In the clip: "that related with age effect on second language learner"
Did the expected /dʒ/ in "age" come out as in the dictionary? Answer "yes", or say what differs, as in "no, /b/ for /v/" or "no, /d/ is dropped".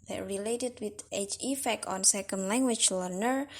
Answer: no, /tʃ/ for /dʒ/